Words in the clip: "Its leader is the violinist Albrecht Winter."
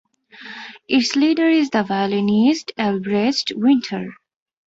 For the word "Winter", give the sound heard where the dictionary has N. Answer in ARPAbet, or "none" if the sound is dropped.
N